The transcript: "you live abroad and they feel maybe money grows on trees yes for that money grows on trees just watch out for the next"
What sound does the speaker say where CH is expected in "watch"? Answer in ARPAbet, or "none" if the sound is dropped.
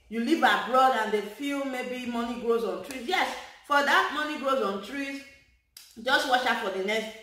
SH